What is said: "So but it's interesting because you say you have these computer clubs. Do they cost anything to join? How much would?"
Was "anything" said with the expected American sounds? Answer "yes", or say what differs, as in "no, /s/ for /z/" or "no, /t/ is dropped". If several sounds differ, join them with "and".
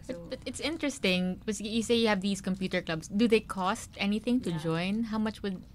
yes